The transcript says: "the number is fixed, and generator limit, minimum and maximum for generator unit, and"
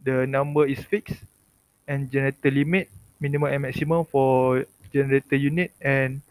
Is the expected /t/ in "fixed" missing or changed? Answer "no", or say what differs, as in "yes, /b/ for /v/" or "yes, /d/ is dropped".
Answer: yes, /t/ is dropped